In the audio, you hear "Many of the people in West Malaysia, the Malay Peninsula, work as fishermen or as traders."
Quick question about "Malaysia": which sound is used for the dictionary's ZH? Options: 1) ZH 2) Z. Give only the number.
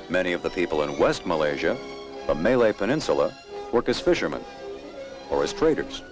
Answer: 1